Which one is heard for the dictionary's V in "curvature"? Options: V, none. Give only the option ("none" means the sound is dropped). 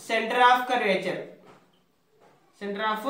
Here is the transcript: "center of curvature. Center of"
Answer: none